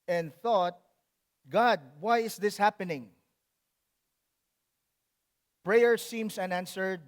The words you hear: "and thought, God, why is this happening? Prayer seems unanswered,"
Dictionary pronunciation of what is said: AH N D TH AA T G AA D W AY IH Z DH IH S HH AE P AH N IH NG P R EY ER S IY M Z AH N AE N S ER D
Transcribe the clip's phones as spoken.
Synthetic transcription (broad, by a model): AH N D TH AA T G AA D W AY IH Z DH IH S HH AE P AH N IH NG P R EY ER S IY M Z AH N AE N S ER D